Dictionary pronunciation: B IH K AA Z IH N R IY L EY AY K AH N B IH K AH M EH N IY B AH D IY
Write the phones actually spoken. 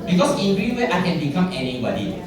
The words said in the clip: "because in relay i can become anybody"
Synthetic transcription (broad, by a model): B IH K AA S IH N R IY W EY AY K AH N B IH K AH M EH N IY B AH D IY